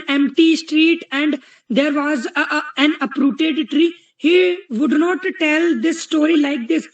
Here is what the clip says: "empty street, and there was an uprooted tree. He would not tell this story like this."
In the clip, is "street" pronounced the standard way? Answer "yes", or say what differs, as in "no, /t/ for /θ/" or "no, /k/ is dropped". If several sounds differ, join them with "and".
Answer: yes